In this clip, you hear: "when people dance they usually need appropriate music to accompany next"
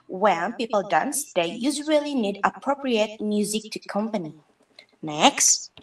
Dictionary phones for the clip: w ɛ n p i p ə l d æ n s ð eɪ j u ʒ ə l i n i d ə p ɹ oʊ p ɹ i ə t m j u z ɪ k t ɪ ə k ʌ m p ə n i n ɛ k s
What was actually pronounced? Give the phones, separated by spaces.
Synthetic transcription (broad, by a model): w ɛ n p i p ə l d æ n s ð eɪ j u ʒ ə l i n i d ə p ɹ oʊ p ɹ i ə t m j u z ɪ k t ɪ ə k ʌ m p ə n i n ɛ k s